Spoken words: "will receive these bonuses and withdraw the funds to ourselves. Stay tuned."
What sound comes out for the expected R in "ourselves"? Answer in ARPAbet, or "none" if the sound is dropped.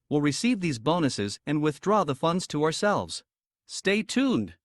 R